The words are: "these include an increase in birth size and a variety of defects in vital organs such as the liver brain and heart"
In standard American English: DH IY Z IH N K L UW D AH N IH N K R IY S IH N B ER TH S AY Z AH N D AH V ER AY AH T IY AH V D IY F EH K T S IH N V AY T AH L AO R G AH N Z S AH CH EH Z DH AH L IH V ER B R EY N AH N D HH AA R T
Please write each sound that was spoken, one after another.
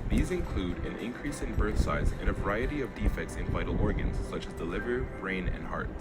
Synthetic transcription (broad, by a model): DH IY Z IH N K L UW D AH N IH N K R IY S IH N B ER TH S AY Z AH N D AH V ER AY AH T IY AH V D IY F EH K T S IH N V AY T L AO R G AH N Z S AH CH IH Z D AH L IH V ER B R EY N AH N HH AA R T